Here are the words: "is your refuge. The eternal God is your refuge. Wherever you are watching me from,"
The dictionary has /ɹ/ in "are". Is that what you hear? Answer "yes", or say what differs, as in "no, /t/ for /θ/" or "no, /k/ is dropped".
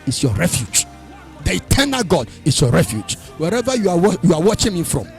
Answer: no, /w/ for /ɹ/